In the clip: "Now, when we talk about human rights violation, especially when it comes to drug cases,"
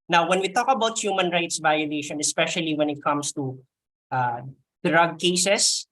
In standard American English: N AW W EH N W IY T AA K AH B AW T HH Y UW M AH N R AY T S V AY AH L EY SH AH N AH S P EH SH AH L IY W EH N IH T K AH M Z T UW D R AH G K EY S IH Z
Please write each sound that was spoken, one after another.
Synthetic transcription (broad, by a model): N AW W EH N W IY T AA K AH B AW T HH Y UW M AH N R AY T S V AY AH L EY SH AH N AH S P EH SH AH L IY W EH N IH T K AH M S T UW D R AH G K EY S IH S